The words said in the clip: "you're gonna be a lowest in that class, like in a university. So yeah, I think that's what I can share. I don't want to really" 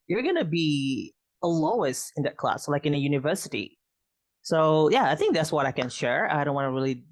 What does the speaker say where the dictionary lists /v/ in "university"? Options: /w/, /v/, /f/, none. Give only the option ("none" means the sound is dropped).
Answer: /v/